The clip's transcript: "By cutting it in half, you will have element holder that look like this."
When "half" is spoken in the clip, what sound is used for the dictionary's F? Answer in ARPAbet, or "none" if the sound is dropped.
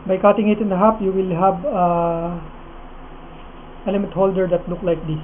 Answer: P